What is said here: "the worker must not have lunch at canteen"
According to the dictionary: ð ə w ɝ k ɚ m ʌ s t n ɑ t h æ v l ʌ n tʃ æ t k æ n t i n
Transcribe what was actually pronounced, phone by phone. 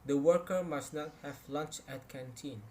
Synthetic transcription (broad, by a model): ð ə w ɝ k ɚ m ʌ s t n ɑ t h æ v l ʌ n tʃ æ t k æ n t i n